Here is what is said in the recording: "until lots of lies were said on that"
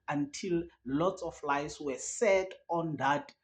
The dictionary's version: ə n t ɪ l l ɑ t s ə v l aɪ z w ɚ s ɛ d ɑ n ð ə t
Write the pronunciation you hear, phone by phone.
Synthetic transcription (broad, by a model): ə n t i l l ɑ t s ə f l aɪ s w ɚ s ɛ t ɑ n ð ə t